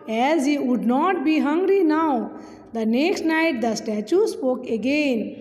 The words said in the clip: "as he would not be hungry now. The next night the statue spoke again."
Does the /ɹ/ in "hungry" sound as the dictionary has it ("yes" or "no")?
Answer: yes